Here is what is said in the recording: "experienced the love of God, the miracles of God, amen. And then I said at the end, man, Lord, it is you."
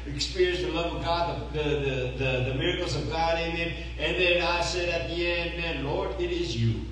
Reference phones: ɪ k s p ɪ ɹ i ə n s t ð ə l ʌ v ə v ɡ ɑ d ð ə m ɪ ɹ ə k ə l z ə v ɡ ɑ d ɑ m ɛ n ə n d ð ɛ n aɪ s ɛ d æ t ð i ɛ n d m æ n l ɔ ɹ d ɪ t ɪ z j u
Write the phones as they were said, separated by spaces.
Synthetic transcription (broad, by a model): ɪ k s p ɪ ɹ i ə n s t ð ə l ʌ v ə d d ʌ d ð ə m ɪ ɹ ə k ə l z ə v ɡ ɑ d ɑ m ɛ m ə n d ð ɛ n aɪ s ɛ d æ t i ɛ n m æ n l ɔ ɹ d ɪ t ɪ z j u